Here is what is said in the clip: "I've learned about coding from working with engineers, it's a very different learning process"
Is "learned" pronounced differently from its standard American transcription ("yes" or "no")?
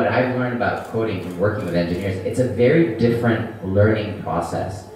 no